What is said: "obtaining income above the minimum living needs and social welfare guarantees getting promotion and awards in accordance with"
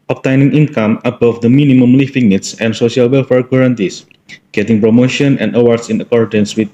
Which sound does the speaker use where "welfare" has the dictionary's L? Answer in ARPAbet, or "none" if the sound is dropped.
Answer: L